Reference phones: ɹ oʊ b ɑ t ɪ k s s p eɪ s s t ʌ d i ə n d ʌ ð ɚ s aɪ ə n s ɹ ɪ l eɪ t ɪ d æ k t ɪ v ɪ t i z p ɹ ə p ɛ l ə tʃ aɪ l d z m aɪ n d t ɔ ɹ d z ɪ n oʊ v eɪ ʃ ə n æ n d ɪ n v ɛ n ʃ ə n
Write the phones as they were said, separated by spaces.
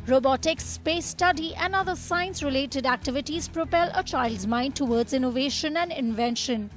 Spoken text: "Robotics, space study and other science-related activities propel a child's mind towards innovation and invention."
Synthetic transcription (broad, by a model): ɹ oʊ b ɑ t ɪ k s s p eɪ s s t ʌ d i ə n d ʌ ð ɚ s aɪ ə n s ɹ ɪ l eɪ t ɪ d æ k t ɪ v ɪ t i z p ɹ ə p ɛ l ə tʃ aɪ l d z m aɪ n d t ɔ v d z ɪ n oʊ v eɪ ʃ ə n æ n d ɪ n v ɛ n ʃ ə n